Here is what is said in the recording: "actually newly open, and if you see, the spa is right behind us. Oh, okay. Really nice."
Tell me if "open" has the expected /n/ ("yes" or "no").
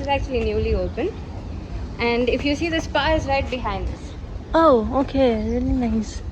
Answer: yes